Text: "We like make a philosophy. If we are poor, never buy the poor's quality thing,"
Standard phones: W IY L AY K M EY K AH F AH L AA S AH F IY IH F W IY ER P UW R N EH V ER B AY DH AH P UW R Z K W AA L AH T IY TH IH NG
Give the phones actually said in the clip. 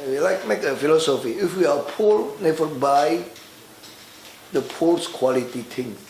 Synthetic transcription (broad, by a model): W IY L AY K M EY K AH F AH L AA S AH F IY IH F W IY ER P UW L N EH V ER B AY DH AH P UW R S K W AA L AH T IY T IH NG